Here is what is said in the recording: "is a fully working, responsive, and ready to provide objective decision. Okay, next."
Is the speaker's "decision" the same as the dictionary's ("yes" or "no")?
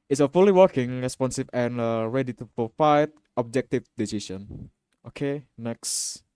no